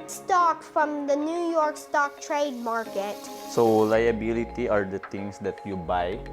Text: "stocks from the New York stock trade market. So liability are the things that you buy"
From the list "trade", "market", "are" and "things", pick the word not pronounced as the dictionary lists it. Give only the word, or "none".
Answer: things